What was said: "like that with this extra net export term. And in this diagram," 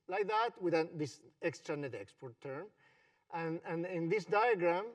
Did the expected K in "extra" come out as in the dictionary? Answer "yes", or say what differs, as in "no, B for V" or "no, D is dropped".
yes